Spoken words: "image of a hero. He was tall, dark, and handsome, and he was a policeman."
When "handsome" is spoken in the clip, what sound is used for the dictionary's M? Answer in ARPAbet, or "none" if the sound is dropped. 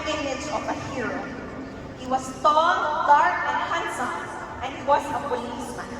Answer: none